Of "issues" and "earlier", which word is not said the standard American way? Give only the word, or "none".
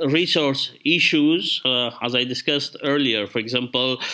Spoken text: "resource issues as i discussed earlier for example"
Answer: none